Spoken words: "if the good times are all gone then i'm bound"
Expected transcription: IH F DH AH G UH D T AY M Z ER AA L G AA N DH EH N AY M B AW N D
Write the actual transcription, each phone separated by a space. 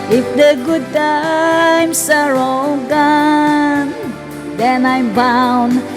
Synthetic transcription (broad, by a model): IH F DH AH G UH D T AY M S ER AA L G AA N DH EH N AY M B AW N